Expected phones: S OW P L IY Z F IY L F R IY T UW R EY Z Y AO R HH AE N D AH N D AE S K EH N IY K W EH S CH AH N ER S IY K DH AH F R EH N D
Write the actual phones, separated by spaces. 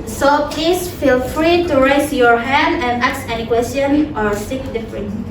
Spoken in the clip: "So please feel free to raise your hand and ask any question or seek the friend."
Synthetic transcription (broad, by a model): S OW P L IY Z F IY L F R IY T UW R EY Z Y AO R HH AE N D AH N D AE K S EH N IY K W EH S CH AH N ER S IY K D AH F R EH N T